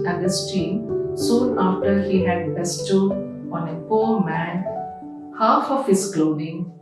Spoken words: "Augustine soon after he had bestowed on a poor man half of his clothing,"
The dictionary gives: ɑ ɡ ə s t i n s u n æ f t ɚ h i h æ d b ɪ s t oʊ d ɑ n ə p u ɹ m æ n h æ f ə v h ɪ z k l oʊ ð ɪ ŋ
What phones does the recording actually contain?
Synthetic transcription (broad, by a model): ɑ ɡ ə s t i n s u n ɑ f t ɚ h i h æ d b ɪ s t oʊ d ɑ n ə p u ɹ m æ n h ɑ f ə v h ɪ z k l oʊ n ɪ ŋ